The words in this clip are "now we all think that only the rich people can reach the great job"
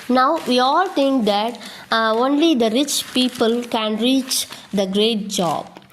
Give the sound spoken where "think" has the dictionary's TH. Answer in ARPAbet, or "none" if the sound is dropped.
T